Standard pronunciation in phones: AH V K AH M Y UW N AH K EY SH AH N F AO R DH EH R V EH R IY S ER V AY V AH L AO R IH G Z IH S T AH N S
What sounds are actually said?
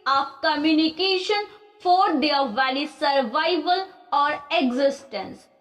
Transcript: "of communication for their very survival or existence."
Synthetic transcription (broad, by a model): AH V K AH M Y UW N AH K EY SH AH N F AO R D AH R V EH L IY S ER V AY V AH L AO R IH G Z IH S T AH N S